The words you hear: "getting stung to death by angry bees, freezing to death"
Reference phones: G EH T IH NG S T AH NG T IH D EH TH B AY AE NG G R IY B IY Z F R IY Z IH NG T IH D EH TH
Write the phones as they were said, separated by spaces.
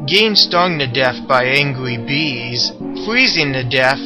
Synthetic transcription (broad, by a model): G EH IH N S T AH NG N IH D EH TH B AY AE NG G R IY B IY Z F R IY Z IH NG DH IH D EH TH